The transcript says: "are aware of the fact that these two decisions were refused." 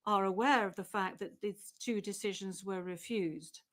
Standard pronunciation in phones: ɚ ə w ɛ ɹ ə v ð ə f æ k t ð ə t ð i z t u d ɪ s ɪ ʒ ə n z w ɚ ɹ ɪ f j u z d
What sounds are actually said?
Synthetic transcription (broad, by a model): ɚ ə w ɛ ɹ ə v ð ə f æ k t ð ə t ð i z t u d ɪ s ɪ ʒ ə n z w ɚ ɹ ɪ f j u z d